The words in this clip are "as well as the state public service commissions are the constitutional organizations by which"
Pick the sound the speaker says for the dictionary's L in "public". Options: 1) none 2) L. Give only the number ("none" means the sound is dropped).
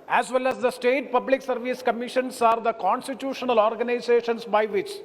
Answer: 2